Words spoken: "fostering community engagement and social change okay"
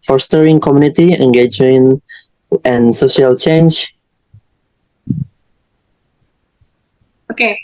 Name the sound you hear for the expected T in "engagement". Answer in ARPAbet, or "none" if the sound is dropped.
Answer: none